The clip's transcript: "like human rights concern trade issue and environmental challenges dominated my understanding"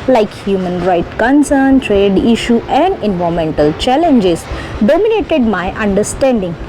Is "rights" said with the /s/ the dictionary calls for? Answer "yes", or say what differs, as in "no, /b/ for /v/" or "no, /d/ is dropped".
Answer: no, /s/ is dropped